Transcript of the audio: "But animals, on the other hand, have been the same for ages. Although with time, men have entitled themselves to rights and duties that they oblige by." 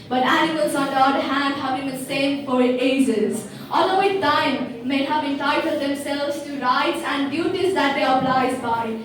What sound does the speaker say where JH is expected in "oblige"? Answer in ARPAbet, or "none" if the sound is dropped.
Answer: Z